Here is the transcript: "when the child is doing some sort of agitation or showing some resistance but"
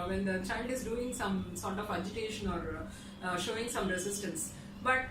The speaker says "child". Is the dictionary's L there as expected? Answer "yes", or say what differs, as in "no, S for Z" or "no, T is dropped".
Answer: no, N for L